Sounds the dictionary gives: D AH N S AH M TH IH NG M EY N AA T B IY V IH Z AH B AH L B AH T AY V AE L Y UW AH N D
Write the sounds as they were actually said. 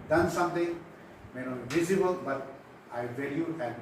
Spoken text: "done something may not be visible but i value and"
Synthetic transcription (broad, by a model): D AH N S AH M T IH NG M EY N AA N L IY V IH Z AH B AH L B AH T AY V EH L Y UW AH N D